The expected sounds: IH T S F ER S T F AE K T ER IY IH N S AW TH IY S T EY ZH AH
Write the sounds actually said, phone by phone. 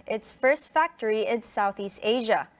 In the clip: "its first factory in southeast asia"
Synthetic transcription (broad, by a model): IH T S F ER S T F AE K T ER IY IH N S AW TH IY S T EY ZH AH